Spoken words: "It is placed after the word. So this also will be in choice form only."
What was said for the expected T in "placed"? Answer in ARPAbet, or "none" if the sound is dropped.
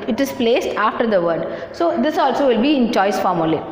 T